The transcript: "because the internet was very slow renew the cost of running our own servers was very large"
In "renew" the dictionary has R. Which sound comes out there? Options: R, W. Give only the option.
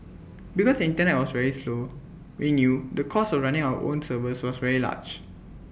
W